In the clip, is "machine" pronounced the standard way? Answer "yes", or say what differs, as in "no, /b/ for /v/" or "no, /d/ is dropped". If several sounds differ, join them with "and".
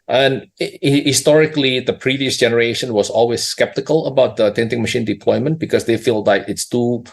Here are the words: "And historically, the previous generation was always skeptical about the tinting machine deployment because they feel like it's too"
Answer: yes